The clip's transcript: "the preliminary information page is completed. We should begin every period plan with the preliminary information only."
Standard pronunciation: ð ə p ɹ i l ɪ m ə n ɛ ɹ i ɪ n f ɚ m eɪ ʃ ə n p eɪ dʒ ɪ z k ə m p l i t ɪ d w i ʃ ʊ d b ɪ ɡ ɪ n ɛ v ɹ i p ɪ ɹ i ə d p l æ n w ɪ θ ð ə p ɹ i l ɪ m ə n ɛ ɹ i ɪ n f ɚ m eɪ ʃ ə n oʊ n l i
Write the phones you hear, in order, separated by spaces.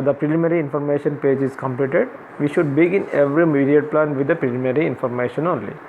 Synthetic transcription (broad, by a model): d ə p ɹ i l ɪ m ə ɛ ɹ i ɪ n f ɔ m eɪ ʃ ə n p eɪ dʒ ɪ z k ə m p l i t ɪ d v i ʃ ʊ d b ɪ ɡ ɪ n ɛ v ɹ i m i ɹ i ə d p l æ n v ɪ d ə p ɹ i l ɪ m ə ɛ ɹ i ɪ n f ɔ m eɪ ʃ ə n oʊ n l i